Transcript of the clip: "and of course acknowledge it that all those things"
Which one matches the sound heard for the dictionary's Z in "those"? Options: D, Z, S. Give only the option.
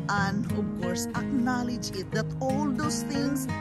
S